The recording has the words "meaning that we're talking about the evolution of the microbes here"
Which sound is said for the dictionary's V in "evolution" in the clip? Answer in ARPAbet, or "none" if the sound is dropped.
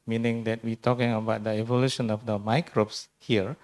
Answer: V